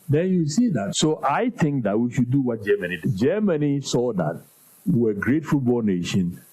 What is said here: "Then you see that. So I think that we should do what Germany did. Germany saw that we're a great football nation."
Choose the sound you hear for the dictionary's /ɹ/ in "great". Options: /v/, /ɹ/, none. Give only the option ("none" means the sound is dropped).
/ɹ/